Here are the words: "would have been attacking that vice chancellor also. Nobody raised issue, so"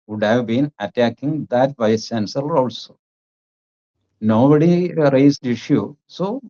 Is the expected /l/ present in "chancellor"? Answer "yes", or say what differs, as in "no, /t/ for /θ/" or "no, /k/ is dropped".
no, /l/ is dropped